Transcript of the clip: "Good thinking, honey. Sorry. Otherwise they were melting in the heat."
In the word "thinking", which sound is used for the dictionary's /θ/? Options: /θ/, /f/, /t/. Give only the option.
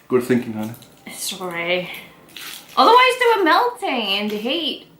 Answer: /θ/